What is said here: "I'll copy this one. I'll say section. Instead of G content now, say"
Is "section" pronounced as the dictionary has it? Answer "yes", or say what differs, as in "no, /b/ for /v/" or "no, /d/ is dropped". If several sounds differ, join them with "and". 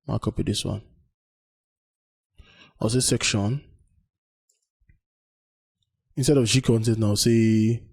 yes